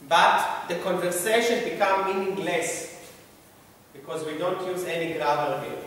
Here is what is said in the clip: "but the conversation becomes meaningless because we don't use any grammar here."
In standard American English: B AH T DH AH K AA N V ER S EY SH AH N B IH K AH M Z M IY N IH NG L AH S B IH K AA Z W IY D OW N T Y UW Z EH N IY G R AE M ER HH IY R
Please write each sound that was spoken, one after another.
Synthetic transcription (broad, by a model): B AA T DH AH K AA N V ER S EY SH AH N B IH K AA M M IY N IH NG L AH S B IH K AA Z W IY D OW N T Y UW Z EH N IY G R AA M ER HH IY